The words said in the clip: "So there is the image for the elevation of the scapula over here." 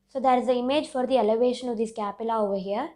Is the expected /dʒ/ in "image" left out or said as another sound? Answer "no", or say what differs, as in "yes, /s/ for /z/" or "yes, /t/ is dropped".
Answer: no